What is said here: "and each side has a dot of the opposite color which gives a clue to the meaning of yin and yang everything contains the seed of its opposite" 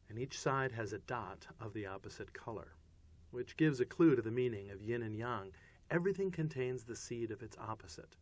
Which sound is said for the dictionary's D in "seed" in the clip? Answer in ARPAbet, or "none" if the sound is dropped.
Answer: D